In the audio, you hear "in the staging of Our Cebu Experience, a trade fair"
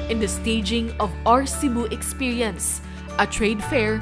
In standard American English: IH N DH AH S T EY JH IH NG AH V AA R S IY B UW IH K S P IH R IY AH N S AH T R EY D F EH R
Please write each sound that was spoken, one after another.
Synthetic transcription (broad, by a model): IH N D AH S T EY JH IH NG AH V AA R S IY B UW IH K S P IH R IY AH N S AH T R EY D F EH R